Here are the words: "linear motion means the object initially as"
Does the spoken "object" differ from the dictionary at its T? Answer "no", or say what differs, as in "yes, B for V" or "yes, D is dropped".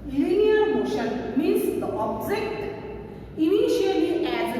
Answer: no